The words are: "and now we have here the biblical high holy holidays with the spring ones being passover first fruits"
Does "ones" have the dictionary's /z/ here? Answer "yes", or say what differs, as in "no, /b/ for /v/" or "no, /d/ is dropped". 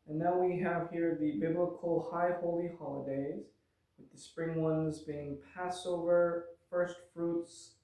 yes